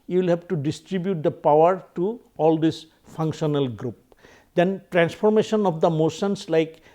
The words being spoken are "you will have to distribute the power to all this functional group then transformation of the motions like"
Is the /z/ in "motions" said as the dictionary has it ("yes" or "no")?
no